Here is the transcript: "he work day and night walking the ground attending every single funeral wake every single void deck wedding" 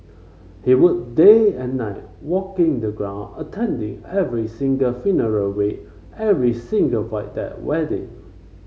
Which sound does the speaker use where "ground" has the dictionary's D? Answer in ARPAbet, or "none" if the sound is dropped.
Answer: none